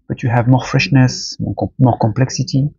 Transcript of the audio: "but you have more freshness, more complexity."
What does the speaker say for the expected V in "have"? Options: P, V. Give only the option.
V